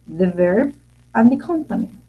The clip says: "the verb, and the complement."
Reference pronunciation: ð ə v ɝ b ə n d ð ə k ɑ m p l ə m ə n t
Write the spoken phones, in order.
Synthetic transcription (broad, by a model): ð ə v ɝ b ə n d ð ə k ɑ m p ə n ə